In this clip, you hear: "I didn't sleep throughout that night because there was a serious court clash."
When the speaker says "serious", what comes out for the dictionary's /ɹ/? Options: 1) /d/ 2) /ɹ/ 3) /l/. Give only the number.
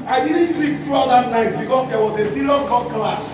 3